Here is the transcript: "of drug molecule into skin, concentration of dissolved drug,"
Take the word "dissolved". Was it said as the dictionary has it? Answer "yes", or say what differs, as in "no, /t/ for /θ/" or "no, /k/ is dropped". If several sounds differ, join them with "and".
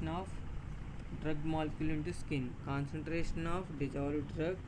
no, /l/ is dropped